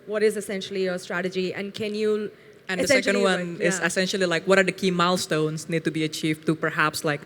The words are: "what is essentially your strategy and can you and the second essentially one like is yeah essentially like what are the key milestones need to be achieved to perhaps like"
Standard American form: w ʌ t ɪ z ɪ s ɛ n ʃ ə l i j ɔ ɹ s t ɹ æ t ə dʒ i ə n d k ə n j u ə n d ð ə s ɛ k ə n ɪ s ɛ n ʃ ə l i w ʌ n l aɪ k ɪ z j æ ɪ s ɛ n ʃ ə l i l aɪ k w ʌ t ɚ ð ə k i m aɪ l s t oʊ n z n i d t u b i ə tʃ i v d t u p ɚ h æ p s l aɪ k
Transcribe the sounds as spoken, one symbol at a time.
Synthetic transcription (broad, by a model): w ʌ t ɪ z ɪ s ɛ n ʃ ə l i j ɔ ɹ s t ɹ æ t ə dʒ i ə n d k ə n j u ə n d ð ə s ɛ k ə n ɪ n w ʌ n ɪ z ɪ s ɛ n ʃ ə l i l aɪ k w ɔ t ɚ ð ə k i m aɪ l s t oʊ n s n i d t u b i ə tʃ i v t u p ɚ h æ p s l aɪ k